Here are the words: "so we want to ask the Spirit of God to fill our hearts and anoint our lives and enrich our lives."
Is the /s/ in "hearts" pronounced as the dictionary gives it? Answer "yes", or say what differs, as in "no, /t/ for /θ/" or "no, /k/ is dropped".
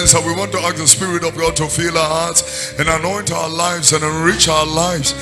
yes